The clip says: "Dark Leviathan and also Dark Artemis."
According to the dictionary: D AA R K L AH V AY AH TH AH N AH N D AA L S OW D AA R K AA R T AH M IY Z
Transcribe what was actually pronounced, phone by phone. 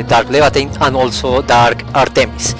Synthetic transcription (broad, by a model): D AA R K L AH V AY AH T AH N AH N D AA L S OW D AA R K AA R T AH M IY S